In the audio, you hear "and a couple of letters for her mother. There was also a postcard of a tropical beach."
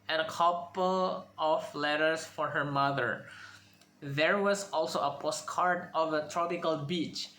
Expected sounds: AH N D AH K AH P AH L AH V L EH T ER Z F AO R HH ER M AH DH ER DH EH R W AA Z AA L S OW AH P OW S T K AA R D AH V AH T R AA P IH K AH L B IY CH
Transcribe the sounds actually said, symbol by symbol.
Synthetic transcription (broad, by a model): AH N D AH K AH P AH L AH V L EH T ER S F AO R HH ER M AH DH ER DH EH R W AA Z AA L S OW AH P OW S T K AA R D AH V AH T R AA P IH K AH L B IY CH